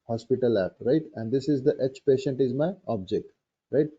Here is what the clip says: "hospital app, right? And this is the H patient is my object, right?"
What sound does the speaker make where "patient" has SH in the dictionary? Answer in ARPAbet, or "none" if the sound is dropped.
SH